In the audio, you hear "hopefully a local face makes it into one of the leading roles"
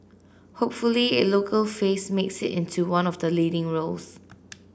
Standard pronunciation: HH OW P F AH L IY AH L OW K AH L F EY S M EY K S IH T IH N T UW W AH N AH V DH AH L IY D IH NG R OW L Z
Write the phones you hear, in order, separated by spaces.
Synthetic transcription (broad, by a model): HH OW P F AH L IY AH L OW K AH L F EY S M EY K S IH T IH N T UW W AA N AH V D AH L IY D IH NG R OW L S